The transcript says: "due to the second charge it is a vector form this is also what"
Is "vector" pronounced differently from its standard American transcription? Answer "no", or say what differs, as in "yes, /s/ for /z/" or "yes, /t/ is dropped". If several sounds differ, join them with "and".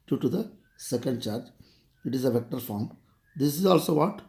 no